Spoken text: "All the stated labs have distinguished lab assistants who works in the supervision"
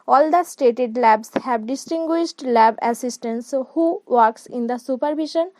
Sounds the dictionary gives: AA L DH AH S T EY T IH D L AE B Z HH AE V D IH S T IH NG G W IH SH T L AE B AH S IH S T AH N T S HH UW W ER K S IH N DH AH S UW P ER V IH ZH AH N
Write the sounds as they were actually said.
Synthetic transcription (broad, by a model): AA L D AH S T EY T IH D L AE B S HH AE B D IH S T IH NG G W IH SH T L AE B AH S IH S T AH N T S HH UW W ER K S IH N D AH S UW P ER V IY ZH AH N